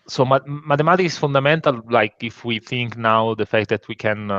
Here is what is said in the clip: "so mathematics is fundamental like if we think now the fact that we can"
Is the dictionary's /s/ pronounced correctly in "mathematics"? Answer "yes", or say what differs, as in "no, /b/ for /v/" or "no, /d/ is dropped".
no, /s/ is dropped